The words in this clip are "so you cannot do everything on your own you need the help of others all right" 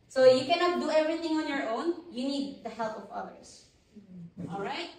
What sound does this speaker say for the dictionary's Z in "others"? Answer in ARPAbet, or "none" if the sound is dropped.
S